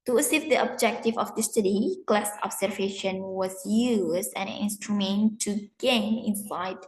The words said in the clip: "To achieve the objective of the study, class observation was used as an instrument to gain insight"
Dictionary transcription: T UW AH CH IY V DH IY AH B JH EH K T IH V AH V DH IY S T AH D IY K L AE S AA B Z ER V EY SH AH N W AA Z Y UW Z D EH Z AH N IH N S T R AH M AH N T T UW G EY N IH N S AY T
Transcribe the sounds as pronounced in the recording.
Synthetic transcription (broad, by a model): T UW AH S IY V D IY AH B JH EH K T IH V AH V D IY S T AH D IY K L AE S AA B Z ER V EY SH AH N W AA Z Y UW Z D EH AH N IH N S T R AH M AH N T T UW G EY N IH N S AY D